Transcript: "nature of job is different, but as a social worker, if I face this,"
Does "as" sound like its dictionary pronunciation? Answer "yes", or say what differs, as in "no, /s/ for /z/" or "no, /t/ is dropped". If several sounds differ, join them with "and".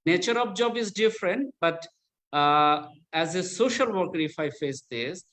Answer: yes